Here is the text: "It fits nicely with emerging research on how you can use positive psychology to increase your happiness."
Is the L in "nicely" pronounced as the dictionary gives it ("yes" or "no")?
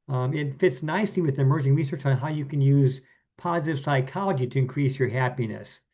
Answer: no